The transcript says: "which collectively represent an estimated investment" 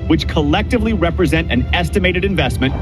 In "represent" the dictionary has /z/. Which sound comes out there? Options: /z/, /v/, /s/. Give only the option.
/z/